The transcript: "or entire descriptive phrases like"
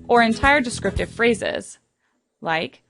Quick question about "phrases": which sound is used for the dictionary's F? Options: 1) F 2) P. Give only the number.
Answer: 1